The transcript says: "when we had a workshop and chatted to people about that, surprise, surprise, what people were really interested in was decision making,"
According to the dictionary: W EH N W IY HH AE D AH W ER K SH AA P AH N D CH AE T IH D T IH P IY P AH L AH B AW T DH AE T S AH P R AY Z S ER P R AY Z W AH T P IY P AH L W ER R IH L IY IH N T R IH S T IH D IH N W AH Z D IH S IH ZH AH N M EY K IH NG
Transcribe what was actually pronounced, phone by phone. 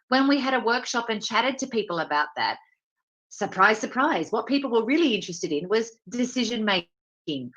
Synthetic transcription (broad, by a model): W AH N W IY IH D AH W ER K SH AA P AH N CH AE T IH D T IH P IY P L AH B AW T DH AE T S AH P R AY Z S ER P R AY Z W AH T P IY P L W ER R IH L IY IH N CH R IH S T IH D IH N W AH Z D IH S IH ZH AH N M EY K IH NG